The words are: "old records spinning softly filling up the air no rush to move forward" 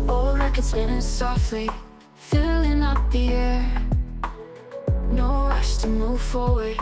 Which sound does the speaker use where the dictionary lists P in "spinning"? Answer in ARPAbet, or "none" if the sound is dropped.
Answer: none